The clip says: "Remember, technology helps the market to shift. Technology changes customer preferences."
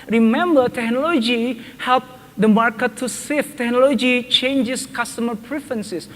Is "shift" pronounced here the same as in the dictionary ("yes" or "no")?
no